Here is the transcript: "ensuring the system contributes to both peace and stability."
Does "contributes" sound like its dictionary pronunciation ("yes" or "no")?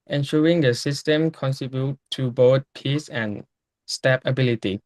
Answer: no